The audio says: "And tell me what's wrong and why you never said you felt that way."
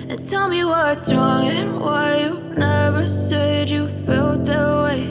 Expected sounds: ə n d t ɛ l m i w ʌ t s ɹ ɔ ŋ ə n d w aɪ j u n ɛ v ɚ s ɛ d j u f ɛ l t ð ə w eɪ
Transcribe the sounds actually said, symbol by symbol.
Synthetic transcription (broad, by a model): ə n t ɛ l m i w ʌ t ɹ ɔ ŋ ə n w aɪ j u n ɛ v ɚ s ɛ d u f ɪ l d ð ə w eɪ